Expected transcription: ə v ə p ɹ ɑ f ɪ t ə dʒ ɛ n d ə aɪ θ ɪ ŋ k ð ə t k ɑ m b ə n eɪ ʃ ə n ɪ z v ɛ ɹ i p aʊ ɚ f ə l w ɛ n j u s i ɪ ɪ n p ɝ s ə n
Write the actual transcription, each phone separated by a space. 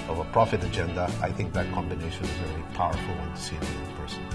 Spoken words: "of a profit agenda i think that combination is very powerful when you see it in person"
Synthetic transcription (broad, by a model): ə v ə p ɹ ɑ f ɪ t ə dʒ ɛ n d ə aɪ θ ɪ ŋ k ð ə t k ɑ m b ə n eɪ ʃ ə n ɪ z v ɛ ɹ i p aʊ ɚ f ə l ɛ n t s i ɪ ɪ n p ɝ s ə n